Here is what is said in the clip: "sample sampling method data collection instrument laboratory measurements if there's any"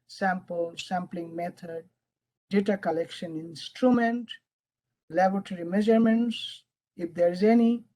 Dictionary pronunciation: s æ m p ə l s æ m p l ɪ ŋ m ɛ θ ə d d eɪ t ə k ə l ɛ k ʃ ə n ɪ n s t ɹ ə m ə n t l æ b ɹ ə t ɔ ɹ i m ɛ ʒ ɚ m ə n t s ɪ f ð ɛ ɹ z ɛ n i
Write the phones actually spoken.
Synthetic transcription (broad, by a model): s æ m p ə l s æ m p l ɪ ŋ m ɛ t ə d d eɪ t ə k ə l ɛ k ʃ ə n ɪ n s t ɹ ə m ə n t l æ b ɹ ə t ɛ ɹ i m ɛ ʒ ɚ m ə n t s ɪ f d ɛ ɹ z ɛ n i